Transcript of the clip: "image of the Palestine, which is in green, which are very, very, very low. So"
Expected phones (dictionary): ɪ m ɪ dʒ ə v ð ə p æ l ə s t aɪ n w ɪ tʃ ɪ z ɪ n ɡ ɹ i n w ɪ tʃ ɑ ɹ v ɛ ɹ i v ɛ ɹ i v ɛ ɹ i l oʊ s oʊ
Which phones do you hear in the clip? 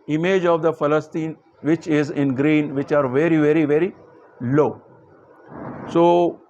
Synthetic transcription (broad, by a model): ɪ m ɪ dʒ ə v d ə f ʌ l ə s t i n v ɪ tʃ ɪ z ɪ n ɡ ɹ i n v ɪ tʃ ɑ ɹ v ɛ ɹ i v ɛ ɹ i v ɛ ɹ i l oʊ s oʊ